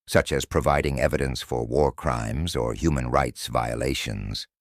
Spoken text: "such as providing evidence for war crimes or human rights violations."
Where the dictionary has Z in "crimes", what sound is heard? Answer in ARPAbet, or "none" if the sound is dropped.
Z